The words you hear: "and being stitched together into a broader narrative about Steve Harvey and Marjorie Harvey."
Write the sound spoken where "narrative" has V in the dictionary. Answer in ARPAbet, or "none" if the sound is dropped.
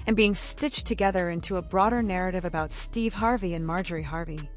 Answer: V